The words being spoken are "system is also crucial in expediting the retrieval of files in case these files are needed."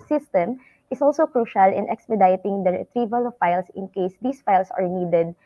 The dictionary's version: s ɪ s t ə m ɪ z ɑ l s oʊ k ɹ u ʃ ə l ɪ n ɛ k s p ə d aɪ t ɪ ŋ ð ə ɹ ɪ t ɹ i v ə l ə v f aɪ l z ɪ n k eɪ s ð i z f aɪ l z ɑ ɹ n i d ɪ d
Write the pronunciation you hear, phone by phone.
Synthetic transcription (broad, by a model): s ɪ s t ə m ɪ s ɑ l s oʊ k ɹ u ʃ ə l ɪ n ɛ k s p ə d aɪ t ɪ ŋ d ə ɹ ɪ t ɹ i v ə l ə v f aɪ l s ɪ n k eɪ s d i s f aɪ l s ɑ ɹ n i d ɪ d